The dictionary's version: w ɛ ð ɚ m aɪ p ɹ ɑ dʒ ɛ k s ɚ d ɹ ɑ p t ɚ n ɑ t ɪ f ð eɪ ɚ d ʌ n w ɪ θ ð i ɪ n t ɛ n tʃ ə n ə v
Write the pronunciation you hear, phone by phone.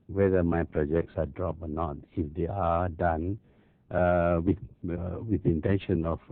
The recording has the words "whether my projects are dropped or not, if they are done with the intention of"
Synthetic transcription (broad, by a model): w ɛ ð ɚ m aɪ p ɹ ɑ dʒ ɛ k s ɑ d ɹ ɑ p ɔ n ɑ t ɪ f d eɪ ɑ d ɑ n w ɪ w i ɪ n t ɛ n ʃ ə n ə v